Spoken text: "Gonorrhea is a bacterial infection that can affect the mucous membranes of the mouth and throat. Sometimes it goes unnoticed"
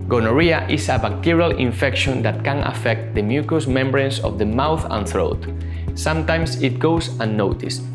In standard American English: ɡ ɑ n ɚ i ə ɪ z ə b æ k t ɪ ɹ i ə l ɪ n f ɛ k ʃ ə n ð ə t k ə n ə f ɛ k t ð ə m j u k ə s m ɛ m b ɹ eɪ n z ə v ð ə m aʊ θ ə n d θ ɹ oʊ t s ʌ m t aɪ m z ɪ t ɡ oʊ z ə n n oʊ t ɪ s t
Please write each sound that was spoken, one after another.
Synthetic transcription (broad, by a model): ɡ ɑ n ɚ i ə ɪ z ə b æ k t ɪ ɹ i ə l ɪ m f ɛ k ʃ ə n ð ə t k ə n ə f ɛ k t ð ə m j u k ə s m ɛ m b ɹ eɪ n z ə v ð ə m aʊ θ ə n θ ɹ oʊ t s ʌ m t aɪ m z ɪ t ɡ oʊ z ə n n oʊ t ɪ s